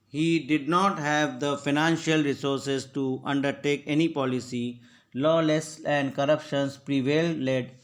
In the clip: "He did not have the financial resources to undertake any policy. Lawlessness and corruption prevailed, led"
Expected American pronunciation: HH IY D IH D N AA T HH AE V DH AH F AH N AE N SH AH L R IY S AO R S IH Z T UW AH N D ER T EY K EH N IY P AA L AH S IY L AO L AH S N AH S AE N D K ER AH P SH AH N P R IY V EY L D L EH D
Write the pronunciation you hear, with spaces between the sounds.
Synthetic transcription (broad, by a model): HH IY D IH D N AA T HH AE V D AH F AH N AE N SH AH L R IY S AO R S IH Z T UW AH N D ER T EY K EH N IY P AA L AH S IY L AO L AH S AH N D K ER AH P SH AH N P R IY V EY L L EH D